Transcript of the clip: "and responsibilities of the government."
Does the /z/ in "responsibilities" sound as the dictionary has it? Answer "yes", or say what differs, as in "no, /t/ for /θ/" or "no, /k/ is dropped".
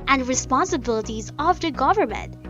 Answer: yes